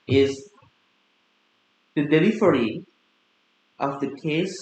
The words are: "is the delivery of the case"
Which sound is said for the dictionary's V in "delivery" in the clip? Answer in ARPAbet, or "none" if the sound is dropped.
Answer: F